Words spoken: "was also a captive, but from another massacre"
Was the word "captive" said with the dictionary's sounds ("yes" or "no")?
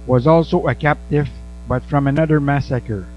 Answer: yes